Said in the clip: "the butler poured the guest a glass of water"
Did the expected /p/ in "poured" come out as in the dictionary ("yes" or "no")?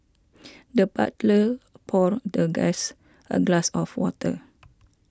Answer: yes